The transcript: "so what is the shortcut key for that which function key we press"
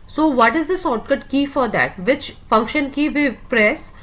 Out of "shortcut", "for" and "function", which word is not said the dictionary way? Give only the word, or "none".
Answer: shortcut